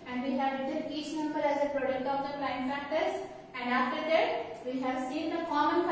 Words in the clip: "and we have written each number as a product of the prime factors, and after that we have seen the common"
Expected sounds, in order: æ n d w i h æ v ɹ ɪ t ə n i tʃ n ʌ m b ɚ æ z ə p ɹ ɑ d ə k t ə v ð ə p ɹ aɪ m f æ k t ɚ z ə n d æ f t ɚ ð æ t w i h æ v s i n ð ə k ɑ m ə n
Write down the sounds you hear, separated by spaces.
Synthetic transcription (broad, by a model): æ n d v i h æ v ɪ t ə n i tʃ n ʌ m b ɚ æ z ə p ɹ ɑ d ə k t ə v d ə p l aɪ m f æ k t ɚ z ə n d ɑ f t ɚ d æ t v i h æ v s i n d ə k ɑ m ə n